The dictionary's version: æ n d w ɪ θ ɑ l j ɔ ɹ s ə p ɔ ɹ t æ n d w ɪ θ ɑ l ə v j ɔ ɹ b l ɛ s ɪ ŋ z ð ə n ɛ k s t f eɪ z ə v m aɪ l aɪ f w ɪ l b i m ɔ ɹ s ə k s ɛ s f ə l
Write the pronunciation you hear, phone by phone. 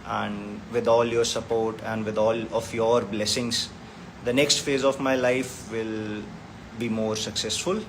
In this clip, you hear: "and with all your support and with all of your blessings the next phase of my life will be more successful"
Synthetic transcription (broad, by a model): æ n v ɪ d ɑ l j ɔ ɹ s ə p ɔ ɹ t æ n d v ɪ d ɑ l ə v j ɔ ɹ b l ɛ s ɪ ŋ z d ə n ɛ k s t f eɪ z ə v m aɪ l aɪ f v ɪ l b i m ɔ ɹ s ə k s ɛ s f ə l